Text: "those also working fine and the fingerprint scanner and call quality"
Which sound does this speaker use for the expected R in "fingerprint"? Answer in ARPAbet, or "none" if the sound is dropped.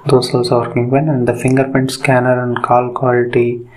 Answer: none